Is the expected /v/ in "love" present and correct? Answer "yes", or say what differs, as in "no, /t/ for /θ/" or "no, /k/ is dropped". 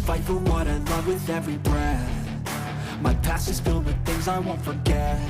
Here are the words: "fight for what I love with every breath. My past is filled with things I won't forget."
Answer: yes